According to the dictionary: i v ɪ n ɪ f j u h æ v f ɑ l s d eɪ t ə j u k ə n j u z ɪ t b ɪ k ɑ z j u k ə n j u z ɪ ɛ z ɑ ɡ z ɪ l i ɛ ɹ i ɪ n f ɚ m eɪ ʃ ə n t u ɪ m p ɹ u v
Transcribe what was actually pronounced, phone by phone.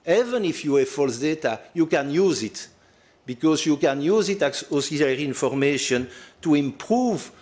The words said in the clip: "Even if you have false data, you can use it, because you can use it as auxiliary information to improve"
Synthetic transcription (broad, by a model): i v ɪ n ɪ f j u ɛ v f ɑ l s d eɪ t ə j u k ə n j u z ɪ t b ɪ k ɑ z j u k ə n j u z ɪ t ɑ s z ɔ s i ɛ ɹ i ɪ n f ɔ m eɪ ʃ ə n t u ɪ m p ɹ u v